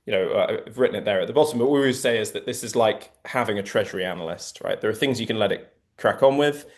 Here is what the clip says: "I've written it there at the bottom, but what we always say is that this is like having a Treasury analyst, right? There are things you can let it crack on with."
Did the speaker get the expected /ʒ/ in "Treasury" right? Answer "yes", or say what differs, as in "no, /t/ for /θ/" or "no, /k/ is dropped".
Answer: yes